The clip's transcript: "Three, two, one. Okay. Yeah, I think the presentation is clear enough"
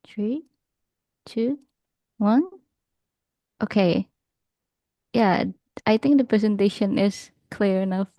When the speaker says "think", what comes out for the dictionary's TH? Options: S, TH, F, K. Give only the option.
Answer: TH